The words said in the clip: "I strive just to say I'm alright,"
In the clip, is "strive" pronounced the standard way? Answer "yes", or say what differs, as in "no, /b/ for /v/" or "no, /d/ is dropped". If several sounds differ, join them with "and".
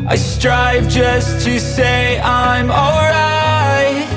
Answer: yes